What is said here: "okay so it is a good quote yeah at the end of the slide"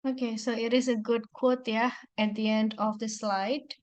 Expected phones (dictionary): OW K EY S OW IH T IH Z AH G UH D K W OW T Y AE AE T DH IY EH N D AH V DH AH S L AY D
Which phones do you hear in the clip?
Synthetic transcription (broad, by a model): OW K EY S OW IH T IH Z AH G UH D K W OW T Y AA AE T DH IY EH N D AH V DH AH S L AY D